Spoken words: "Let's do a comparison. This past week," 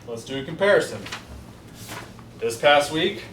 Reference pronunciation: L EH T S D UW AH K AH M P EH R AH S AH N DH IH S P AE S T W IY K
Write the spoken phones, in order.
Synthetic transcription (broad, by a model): L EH T S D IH AH K AH M P EH R AH S AH N DH IH S P AE S T W IY K